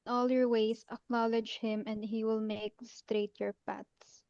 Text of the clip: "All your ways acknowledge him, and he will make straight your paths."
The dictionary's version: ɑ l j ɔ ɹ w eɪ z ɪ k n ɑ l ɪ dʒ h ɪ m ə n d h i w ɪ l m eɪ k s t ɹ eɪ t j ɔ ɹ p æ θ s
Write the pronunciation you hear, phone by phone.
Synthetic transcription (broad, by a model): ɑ l j ɔ ɹ w eɪ s ɪ k n ɑ l ɪ dʒ h ɪ m ə n d h i w ɪ l m eɪ k s t ɹ eɪ t j ɔ ɹ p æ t s